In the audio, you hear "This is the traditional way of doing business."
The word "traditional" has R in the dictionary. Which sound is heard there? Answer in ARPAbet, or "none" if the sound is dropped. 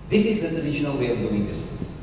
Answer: none